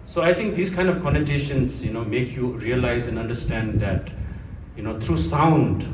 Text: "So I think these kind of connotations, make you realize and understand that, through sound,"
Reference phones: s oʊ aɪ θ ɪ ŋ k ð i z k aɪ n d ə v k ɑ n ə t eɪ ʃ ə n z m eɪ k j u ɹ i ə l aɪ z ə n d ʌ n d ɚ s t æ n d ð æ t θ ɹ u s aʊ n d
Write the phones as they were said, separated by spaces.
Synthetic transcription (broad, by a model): s oʊ aɪ t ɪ ŋ k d i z k aɪ n d ə v k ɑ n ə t eɪ ʃ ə n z m eɪ k j u ɹ i ə l aɪ z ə n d ʌ n d ɚ s t æ n d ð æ t t ɹ u s aʊ n d